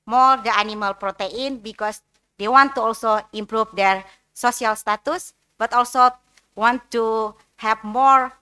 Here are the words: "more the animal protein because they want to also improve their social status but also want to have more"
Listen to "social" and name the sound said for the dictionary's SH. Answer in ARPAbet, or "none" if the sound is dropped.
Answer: S